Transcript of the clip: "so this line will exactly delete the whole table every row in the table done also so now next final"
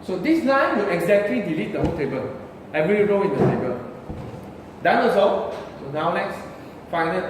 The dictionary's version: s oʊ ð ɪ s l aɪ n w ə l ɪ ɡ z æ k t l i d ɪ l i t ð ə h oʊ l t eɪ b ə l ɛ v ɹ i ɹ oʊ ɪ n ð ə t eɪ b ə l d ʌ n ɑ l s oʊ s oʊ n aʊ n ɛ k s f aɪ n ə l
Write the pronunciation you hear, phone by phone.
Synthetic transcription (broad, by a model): s oʊ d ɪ s n aɪ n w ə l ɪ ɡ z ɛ k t l i d ɪ l i t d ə h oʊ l t eɪ b ə l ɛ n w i ɹ oʊ ɪ n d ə t eɪ b ə l d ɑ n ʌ s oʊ s oʊ n aʊ n ɛ k s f aɪ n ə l